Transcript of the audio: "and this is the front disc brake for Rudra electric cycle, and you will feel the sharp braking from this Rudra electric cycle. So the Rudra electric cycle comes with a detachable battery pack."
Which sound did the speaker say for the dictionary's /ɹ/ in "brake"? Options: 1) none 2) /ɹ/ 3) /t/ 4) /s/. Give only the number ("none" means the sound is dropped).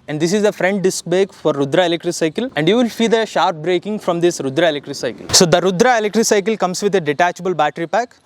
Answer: 1